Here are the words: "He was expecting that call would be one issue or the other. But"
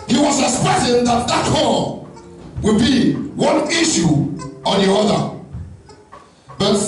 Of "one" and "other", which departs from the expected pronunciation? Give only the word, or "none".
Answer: none